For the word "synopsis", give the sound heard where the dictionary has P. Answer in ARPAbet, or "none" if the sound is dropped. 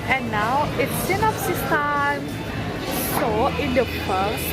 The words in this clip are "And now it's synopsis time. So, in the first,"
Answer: F